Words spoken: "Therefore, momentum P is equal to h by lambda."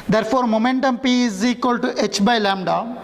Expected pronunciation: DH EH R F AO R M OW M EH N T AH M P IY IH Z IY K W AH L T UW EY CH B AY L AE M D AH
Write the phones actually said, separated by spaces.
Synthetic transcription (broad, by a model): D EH R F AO R M OW M EH N T AH M P IY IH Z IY K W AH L T UW EY CH B AY L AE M D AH